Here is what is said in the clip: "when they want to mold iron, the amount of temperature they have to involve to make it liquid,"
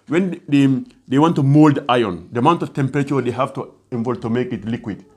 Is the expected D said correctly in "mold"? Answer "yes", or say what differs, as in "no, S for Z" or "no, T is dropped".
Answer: yes